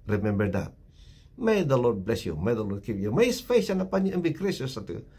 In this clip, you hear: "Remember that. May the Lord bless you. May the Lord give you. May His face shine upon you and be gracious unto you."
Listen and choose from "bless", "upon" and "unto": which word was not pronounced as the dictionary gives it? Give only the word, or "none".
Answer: unto